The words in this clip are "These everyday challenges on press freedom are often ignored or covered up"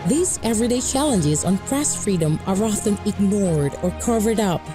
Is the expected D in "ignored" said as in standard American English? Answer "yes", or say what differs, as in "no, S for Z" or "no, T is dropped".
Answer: yes